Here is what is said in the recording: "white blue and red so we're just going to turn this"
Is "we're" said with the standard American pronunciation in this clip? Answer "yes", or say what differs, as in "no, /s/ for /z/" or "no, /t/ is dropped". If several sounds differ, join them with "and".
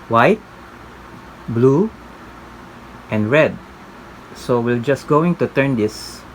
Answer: no, /l/ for /ɹ/